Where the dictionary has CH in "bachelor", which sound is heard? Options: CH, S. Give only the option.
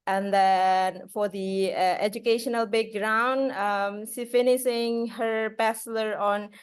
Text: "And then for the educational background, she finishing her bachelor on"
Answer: S